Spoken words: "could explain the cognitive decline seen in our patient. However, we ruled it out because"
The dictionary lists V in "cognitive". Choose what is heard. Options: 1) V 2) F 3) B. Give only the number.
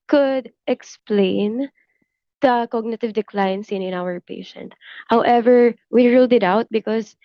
1